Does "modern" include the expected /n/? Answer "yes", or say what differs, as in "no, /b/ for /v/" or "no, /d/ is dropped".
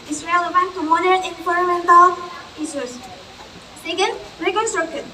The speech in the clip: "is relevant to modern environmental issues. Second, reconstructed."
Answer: no, /n/ is dropped